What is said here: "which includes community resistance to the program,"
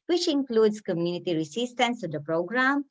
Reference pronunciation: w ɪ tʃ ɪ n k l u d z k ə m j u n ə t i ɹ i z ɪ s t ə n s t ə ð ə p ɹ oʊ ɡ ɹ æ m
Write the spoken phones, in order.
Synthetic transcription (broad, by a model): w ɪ tʃ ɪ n k l u d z k ə m j u n ə t i ɹ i s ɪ s t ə n s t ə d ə p ɹ oʊ ɡ ɹ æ m